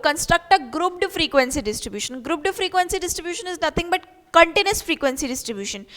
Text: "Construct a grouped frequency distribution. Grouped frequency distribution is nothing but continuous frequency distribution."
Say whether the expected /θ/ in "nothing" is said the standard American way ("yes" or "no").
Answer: no